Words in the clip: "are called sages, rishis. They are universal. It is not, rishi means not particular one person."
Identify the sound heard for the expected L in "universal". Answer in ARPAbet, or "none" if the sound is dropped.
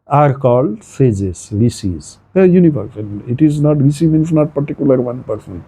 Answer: N